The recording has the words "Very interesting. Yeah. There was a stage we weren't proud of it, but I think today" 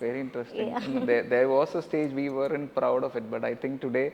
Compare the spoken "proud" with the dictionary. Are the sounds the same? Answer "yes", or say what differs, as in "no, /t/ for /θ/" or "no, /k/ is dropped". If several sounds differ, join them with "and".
yes